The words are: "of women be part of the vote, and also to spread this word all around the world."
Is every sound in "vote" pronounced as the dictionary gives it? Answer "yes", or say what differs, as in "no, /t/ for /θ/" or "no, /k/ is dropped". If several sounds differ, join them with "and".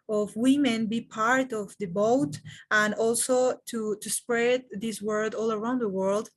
no, /b/ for /v/